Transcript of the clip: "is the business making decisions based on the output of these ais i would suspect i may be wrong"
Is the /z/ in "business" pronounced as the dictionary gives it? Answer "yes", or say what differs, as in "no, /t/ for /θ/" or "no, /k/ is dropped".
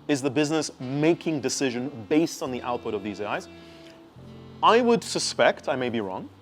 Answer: yes